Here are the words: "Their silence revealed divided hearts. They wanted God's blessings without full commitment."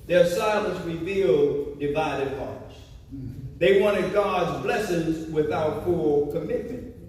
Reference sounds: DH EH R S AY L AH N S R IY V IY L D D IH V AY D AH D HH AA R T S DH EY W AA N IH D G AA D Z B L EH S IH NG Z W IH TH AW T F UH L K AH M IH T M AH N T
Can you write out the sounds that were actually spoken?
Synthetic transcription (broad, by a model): DH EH R S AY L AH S R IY V IY L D D IH V AY D AH D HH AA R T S DH EY W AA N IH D G AA D Z B L EH S IH NG Z W IH TH AW T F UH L K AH M IH T M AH N T